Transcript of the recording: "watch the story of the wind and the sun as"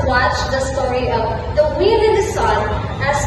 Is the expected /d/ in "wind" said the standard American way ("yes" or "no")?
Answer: no